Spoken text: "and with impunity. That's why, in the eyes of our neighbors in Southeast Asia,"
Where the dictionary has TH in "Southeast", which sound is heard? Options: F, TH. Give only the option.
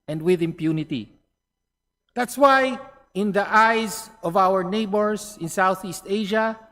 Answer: TH